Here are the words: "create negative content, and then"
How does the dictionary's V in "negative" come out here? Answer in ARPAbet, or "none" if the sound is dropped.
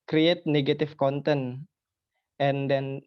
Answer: F